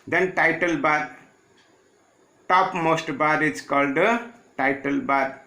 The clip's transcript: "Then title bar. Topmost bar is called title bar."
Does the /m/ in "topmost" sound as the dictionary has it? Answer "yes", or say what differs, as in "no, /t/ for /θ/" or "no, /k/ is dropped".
yes